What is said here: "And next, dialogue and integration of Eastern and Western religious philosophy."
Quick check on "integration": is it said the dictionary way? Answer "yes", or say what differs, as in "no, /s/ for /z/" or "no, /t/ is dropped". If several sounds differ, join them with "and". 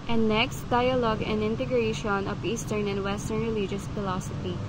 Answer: yes